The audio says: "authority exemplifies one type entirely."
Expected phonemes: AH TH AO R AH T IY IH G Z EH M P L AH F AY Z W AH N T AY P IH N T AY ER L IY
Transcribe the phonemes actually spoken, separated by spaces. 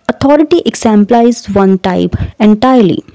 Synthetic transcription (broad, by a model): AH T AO R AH T IY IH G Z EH M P L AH IH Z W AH N T AY P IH N T AY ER L IY